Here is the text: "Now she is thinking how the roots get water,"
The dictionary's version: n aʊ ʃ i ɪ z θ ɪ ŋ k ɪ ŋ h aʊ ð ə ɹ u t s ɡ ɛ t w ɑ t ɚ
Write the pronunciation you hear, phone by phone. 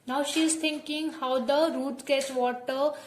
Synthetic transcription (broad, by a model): n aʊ ʃ i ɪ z t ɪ ŋ k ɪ ŋ h aʊ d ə ɹ u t ɡ ɛ t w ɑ t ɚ